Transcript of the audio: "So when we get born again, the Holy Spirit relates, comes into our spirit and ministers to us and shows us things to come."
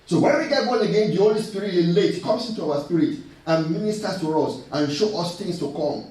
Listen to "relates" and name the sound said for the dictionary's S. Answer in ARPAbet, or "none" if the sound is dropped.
none